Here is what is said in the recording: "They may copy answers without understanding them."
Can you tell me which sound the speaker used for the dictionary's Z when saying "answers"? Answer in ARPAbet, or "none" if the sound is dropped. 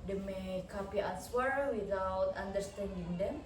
none